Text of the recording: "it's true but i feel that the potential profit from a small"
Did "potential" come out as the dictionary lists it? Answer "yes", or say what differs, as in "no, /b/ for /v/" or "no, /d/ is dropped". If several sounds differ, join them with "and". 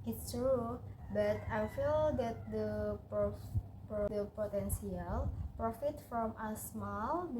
no, /s/ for /ʃ/